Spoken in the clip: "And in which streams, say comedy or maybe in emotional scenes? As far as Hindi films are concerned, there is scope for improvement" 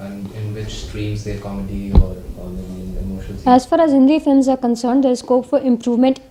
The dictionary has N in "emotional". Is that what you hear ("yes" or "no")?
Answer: no